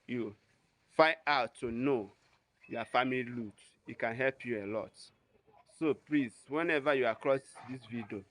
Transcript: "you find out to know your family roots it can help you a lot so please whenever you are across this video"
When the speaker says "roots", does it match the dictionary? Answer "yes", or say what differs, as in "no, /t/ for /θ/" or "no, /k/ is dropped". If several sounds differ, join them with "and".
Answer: no, /l/ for /ɹ/ and /s/ is dropped